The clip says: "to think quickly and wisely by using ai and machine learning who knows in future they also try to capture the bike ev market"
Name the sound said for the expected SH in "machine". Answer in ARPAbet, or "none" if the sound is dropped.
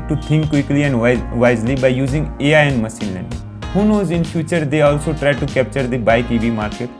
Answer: S